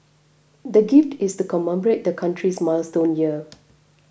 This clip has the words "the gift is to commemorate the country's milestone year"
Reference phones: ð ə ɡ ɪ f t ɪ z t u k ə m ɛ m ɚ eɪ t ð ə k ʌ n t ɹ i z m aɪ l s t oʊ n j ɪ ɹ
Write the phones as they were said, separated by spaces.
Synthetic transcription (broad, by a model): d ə ɡ ɪ f t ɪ s t u k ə m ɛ m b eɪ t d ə k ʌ n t ɹ i s m aɪ l s t oʊ n j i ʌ